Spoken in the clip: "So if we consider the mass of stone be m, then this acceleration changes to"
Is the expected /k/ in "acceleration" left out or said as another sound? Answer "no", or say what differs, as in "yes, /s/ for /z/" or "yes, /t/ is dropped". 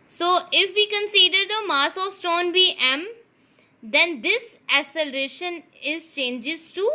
yes, /k/ is dropped